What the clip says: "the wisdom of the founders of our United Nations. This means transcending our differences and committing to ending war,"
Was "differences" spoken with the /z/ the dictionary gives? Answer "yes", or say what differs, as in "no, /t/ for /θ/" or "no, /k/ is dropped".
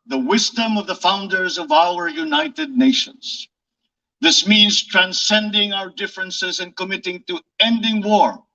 yes